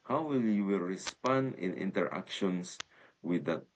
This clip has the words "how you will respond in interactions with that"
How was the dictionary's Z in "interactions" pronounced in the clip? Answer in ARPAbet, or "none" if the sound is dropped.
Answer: S